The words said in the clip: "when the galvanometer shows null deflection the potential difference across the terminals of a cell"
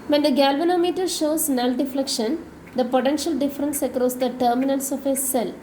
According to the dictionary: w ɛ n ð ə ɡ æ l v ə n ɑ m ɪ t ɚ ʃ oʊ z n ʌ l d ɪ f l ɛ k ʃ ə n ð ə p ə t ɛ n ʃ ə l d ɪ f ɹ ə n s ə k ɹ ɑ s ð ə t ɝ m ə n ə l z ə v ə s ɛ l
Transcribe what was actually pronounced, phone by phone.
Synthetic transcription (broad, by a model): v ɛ n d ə ɡ æ l v ə n ɑ m ɪ t ɚ ʃ oʊ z n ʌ l d ɪ f l ɛ k ʃ ə n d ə p ə t ɛ n ʃ ə l d ɪ f ɹ ə n s ə k ɹ ɑ s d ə t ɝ m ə n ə l s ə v ə s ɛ l